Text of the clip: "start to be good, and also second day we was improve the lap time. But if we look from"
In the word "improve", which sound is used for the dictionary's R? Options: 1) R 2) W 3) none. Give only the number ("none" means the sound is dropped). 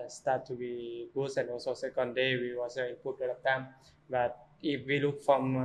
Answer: 3